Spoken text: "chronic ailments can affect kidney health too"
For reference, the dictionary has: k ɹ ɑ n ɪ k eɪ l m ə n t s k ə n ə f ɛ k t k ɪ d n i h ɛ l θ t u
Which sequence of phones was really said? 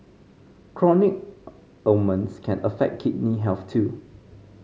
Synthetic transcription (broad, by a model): k ɹ ɑ n ɪ k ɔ m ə n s k ə n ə f ɛ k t k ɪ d n i h ɛ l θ t u